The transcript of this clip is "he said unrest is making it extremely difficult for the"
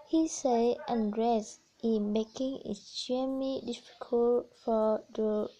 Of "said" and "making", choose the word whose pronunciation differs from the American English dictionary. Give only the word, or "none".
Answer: said